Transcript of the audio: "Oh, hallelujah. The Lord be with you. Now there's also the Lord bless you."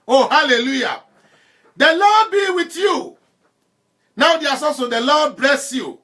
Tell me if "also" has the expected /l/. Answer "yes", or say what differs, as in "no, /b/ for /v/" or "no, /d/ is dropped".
no, /l/ is dropped